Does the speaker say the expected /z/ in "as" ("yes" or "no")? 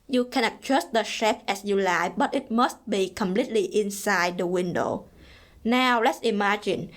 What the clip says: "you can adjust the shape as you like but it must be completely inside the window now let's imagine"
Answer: no